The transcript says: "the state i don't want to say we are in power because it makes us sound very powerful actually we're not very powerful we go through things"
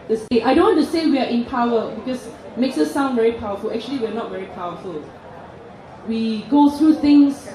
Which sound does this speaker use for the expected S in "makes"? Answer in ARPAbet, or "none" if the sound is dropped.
S